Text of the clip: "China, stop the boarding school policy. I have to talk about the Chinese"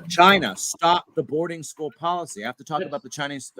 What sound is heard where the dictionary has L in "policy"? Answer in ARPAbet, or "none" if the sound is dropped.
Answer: L